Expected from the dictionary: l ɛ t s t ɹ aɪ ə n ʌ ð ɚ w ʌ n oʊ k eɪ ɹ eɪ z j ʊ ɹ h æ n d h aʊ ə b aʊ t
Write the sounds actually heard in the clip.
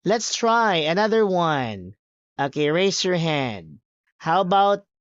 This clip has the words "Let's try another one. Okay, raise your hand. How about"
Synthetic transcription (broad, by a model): l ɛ t s t ɹ aɪ ə n ʌ ð ɚ w ʌ n oʊ k eɪ ɹ eɪ s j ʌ ɹ h æ n d h aʊ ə b aʊ t